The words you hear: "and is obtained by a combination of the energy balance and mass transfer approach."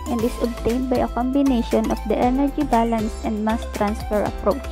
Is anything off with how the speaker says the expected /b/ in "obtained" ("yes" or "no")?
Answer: no